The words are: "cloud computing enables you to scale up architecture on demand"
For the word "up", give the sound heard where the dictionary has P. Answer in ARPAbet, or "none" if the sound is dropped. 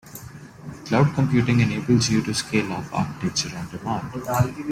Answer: F